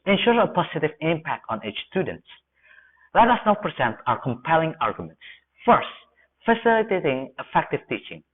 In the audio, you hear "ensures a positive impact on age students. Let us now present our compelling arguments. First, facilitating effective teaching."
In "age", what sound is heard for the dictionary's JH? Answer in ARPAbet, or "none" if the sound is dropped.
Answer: CH